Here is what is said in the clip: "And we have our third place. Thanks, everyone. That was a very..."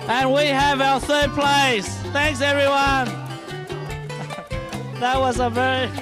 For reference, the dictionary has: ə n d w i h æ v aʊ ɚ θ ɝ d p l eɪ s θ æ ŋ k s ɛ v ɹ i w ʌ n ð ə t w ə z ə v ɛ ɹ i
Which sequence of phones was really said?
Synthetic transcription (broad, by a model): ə n w i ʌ v aʊ ɚ θ ɝ d p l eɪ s θ æ ŋ k s ɛ v ɹ i w ʌ n ð ə t w ə z ə v ɛ ɹ i